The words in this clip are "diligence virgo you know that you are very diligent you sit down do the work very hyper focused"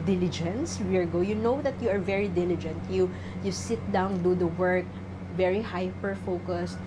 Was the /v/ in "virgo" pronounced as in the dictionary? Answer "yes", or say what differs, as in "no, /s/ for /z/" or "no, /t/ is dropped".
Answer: no, /w/ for /v/